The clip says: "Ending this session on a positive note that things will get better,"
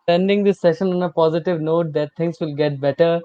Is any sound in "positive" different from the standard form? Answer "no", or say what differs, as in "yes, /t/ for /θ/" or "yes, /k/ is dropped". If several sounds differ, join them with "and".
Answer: no